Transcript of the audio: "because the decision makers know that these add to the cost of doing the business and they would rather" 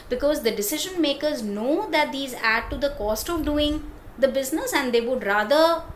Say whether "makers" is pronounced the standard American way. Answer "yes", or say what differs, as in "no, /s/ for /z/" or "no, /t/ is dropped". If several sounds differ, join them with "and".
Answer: yes